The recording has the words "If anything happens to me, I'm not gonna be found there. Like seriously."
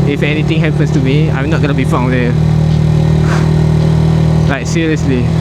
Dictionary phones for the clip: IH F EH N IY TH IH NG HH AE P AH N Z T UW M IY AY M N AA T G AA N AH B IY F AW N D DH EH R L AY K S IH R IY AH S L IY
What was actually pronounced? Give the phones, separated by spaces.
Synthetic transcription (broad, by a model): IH F EH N IY T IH NG HH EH P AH N S T UW M IY AY M N AA T G AA N AH B IY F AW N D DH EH L AY K S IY R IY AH S L IY